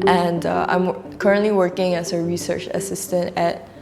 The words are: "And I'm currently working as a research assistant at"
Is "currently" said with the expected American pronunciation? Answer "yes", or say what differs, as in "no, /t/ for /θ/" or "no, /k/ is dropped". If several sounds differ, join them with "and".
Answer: yes